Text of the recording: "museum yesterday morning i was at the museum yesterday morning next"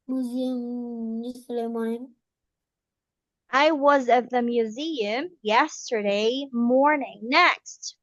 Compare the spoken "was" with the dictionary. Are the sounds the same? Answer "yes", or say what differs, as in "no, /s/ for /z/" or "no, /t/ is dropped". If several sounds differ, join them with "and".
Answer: yes